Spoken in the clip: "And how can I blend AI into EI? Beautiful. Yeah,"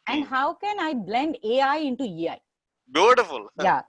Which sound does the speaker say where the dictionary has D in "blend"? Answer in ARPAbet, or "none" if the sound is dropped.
D